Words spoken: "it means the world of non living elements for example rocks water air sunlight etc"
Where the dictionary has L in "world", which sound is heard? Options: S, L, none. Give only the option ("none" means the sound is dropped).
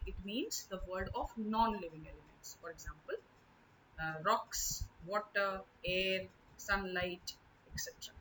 none